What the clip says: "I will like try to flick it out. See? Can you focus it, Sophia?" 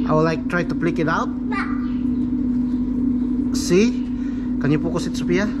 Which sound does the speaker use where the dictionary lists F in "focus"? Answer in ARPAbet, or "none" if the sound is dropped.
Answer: P